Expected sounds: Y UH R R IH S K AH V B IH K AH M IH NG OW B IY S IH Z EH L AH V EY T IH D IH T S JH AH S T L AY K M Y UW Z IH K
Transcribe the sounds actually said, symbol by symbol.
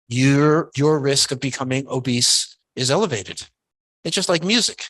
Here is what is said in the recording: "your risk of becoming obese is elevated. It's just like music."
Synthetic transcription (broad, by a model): Y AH R R IH S K AH V B IH K AH M IH NG OW B IY S IH Z EH L AH V EY T IH D IH T S JH AH S T L AY K M Y UW Z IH K